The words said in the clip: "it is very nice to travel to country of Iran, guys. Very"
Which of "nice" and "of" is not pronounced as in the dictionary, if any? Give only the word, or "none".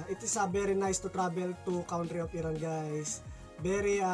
of